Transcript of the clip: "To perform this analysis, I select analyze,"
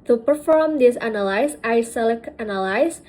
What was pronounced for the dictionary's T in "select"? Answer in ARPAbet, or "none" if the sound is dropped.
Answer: none